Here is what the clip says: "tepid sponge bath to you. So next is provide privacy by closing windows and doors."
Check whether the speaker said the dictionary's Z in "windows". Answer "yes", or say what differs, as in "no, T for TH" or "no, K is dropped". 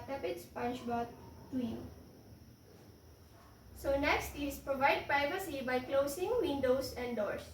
no, S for Z